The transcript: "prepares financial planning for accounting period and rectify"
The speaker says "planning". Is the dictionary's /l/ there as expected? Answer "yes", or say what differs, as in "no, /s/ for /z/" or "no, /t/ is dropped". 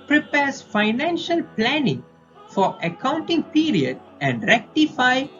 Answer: yes